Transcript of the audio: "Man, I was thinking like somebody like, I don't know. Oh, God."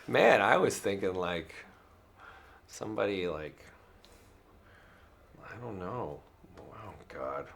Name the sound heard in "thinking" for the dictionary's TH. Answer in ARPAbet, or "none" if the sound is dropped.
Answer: TH